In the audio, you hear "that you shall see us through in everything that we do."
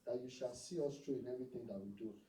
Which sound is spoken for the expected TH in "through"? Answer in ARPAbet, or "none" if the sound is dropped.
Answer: T